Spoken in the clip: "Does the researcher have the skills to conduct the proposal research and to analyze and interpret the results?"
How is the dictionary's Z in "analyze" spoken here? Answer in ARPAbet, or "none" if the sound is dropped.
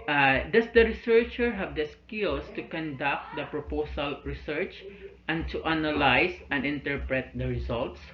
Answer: S